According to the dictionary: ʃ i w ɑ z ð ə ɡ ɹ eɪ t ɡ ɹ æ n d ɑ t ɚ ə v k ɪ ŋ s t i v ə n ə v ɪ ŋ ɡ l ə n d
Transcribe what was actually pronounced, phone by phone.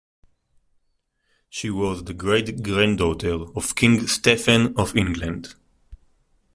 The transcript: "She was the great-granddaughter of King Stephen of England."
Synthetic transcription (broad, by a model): ʃ i w ɑ z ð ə ɡ ɹ eɪ t ɡ ɹ æ n d ɑ t ɚ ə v k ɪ ŋ s t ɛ f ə n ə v ɪ ŋ ɡ l ə n d